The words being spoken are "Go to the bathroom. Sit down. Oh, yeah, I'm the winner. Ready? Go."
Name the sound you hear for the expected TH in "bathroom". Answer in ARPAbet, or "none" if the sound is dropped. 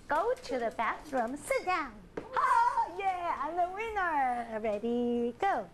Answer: T